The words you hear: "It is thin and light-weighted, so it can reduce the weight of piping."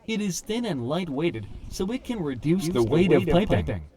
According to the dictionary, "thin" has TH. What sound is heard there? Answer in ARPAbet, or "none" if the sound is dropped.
TH